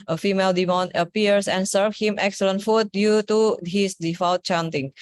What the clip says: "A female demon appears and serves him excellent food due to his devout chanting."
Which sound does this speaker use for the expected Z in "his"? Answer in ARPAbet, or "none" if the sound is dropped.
S